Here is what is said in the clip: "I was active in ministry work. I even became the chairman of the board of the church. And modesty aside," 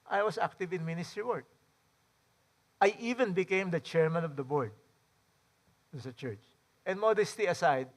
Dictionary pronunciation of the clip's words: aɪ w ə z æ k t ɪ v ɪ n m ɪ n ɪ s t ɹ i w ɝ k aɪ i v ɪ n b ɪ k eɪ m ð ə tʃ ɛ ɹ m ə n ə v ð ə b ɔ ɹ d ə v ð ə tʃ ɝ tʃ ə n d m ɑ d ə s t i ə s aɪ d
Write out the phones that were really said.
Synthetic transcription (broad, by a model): aɪ w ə s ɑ k t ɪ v ɪ n m ɪ n ɪ s t ɹ i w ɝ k aɪ i v ɪ n b ɪ k eɪ m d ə tʃ ɛ ɹ m ə n ə v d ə b ɔ ɹ d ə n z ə tʃ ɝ tʃ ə n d m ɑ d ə s t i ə s aɪ d